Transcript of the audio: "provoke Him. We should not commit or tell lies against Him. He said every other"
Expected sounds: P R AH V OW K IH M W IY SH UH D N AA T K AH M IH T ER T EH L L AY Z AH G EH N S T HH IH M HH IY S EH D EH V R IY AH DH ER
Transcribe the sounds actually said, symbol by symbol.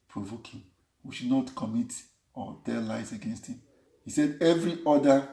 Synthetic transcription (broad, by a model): P R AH V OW K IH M W IY SH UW D N AA T K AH M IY T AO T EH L L AY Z AH G EH N S T HH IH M HH IY S EH D EH V R IY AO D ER